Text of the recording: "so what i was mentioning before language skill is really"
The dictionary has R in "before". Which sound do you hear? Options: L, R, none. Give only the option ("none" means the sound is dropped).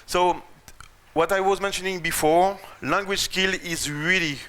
R